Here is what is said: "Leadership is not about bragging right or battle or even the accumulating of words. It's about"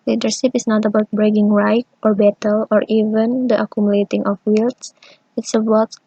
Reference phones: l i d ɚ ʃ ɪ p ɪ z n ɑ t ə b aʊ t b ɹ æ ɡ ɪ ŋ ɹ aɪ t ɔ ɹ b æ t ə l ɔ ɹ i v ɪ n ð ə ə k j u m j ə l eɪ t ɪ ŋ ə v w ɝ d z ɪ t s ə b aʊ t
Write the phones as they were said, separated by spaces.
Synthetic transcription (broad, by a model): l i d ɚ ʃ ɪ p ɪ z n ɑ t ə b aʊ t b ɹ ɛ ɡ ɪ ŋ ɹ aɪ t ɔ ɹ b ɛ t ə l ɔ ɹ i v ɪ n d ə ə k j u m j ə l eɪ t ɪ ŋ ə f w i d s ɪ t s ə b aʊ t